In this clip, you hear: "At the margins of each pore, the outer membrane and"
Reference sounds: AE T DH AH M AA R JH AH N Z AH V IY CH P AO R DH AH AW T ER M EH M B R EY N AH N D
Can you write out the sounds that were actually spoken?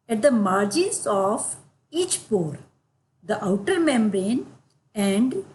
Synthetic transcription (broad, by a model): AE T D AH M AA R JH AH N S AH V IY CH P AO R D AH AW T ER M EH M B R EY N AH N D